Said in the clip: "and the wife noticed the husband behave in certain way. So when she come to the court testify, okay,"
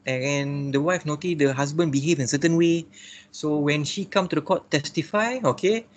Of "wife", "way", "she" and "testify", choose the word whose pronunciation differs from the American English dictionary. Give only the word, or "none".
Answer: none